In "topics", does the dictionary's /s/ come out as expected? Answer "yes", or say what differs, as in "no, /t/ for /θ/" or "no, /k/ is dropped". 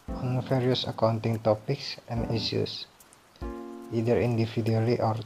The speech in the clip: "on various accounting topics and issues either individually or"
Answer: yes